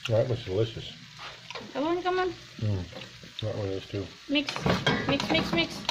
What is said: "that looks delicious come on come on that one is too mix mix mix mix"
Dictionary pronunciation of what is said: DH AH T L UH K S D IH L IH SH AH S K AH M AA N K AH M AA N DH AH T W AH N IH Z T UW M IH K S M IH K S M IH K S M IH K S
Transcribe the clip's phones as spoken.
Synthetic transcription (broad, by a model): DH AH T W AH S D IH L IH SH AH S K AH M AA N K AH M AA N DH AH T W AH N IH S T UW M IH K S M IH K S M IH K S M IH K S